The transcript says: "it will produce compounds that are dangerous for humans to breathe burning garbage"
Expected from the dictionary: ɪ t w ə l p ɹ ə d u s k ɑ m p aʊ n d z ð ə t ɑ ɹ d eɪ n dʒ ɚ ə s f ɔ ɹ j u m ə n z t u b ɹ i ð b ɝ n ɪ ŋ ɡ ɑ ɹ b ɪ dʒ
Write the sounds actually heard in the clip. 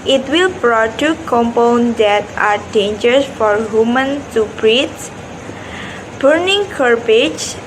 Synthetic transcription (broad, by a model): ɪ t w ə l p ɹ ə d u k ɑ m p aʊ n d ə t ɑ ɹ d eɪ n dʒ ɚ s f ɔ ɹ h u m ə n t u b ɹ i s b ɝ n ɪ ŋ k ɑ ɹ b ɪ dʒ